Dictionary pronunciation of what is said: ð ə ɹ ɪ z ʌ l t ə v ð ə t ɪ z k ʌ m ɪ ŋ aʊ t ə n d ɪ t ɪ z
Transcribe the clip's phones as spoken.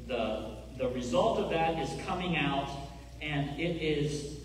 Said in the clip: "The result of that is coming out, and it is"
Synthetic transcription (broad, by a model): ð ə ɹ ɪ z ʌ l t ə v ð ə t ɪ z k ʌ m ɪ ŋ aʊ t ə n ɪ t ɪ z